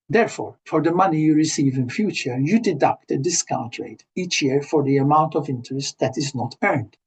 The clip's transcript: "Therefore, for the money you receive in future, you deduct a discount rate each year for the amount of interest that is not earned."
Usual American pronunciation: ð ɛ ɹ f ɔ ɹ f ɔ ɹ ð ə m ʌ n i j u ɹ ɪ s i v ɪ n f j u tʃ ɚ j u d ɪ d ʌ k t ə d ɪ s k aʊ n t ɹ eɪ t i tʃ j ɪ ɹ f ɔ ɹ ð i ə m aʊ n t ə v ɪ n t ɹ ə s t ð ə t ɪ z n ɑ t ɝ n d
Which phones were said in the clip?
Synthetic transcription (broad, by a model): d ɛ ɹ f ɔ ɹ f ɔ ɹ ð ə m ʌ n i j u ɹ ɪ s i v ɪ n f j u tʃ ɚ j u d ɪ d ʌ k t ə d ɪ s k aʊ n t ɹ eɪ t i tʃ j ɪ ɹ f ɔ ɹ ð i ə m aʊ n t ə v ɪ n t ɹ ə s t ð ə t ɪ z n ɑ t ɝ n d